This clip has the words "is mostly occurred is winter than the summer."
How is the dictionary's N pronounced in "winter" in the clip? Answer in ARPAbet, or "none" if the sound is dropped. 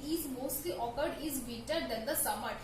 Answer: none